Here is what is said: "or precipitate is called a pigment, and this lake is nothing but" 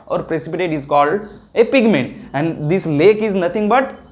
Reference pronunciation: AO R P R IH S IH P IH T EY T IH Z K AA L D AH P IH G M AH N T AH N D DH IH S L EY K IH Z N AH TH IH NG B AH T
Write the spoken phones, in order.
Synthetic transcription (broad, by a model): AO R P R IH S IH P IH T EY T IH Z K AA L D AH P IH G M AH N T AH N D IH S L EY K IH Z N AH T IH NG B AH T